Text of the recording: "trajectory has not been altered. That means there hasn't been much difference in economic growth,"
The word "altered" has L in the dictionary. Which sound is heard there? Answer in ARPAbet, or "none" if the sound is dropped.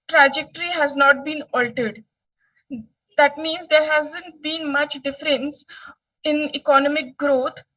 L